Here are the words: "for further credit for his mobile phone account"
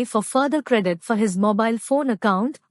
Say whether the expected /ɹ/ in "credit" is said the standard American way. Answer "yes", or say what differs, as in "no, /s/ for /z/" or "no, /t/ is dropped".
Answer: yes